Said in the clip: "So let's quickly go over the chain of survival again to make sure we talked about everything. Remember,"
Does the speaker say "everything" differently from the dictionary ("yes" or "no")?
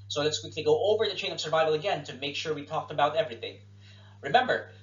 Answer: no